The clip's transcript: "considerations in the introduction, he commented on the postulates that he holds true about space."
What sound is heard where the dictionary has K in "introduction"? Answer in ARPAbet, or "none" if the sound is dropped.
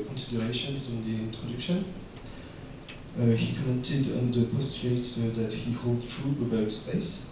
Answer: K